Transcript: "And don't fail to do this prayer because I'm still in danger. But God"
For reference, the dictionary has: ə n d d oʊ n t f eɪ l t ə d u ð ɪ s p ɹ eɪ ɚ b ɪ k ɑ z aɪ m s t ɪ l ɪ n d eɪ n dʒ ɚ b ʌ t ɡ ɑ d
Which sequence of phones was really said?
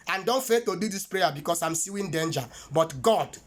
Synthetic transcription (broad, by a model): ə n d d oʊ n t f eɪ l t ə d u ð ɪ s p ɹ eɪ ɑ b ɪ k ɑ s aɪ m s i w ɪ n d eɪ n dʒ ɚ b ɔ t ɡ ɑ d